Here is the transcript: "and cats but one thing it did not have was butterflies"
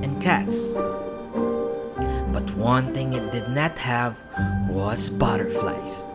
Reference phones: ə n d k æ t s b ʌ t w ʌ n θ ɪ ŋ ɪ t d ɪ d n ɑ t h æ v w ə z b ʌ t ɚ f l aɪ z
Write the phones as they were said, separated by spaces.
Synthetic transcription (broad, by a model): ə n k æ t s b ʌ t w ʌ n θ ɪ ŋ ɪ t d ɪ d n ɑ t h æ v w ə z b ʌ t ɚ f l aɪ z